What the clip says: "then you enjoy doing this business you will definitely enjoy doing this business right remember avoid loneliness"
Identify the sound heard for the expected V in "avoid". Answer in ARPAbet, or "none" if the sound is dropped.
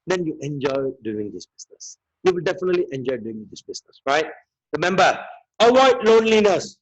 W